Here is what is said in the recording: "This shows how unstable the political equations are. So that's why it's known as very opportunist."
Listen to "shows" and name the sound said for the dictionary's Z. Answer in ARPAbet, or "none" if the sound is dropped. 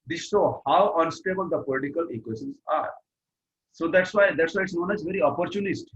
none